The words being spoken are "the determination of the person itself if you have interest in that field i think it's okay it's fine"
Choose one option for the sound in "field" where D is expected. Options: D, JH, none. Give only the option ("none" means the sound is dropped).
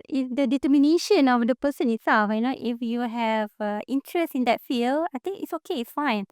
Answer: none